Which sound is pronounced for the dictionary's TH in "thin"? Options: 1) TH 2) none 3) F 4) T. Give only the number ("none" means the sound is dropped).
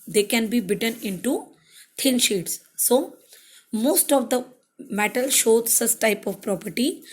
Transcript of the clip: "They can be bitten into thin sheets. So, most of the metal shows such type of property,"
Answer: 4